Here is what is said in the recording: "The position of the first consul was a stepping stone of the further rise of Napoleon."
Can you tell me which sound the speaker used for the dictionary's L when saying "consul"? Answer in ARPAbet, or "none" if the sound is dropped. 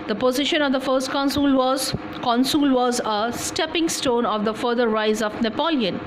L